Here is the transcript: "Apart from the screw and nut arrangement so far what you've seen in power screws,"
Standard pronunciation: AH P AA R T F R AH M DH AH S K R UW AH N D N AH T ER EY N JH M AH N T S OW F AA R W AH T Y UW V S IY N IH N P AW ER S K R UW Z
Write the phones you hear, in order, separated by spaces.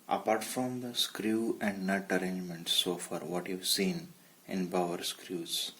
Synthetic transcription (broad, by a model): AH P AA R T F R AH M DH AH S K R UW AH N D N AH T ER EY N JH M AH N T S OW F AA R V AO T Y UW V S IY N IH N B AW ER S K R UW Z